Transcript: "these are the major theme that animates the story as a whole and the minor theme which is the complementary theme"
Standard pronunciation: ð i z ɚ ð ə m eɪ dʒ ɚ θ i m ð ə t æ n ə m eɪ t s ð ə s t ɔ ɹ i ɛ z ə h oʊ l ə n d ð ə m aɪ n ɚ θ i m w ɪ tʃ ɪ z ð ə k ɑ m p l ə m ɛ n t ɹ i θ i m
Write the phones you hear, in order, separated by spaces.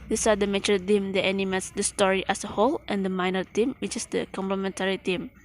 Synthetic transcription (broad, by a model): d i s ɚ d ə m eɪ tʃ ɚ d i m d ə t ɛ n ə m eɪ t s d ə s t ɔ ɹ i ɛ s ə h oʊ l ə n d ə m aɪ n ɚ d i m w ɪ tʃ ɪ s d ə k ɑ m p l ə m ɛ n t ɹ i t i m